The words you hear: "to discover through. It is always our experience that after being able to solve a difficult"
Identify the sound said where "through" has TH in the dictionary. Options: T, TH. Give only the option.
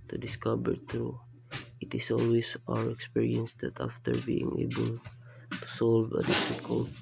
T